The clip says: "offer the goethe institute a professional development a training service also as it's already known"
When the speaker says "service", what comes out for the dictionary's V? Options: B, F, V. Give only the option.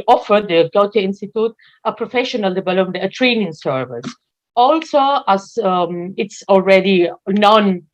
V